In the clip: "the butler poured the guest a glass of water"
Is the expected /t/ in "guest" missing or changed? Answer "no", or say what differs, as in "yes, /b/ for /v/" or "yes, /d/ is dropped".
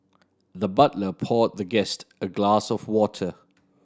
no